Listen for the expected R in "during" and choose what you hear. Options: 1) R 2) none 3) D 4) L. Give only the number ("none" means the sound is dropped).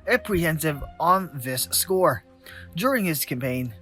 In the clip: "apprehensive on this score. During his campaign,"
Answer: 1